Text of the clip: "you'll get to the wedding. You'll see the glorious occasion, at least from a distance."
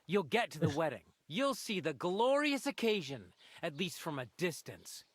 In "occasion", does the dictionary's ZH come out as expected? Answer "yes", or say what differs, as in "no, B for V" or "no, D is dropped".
yes